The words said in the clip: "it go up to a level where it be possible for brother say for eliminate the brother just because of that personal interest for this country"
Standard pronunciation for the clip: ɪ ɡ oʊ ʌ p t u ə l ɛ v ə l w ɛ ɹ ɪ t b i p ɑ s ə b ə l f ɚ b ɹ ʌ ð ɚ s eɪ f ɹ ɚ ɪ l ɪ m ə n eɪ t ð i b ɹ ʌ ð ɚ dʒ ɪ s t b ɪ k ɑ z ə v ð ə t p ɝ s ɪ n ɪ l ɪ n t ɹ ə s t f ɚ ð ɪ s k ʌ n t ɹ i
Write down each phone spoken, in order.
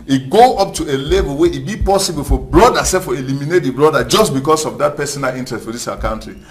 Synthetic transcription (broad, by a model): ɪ ɡ oʊ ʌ p t u ə l ɛ v ə l w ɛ ɪ t b i p ɑ s ə b ə l f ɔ b ɹ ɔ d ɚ s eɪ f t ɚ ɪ l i m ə n eɪ t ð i b ɹ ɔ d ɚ dʒ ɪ s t b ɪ k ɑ s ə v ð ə t p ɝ s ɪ n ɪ l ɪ n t ɹ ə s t f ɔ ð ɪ s k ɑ n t ɹ i